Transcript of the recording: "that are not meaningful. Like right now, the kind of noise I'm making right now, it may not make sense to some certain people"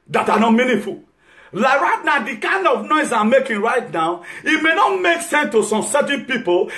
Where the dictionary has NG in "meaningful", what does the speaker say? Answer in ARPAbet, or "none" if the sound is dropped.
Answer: none